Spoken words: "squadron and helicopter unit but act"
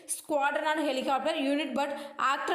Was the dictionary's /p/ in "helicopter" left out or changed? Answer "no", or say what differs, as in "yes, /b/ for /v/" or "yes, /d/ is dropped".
no